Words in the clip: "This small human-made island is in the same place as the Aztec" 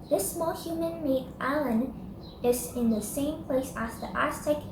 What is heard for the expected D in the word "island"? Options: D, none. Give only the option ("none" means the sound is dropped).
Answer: none